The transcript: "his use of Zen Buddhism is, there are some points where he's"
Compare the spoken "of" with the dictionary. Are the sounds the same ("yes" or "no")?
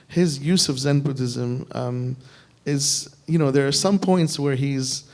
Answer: yes